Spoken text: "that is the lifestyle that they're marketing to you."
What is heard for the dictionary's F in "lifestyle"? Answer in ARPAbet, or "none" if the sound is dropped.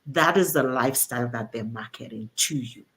F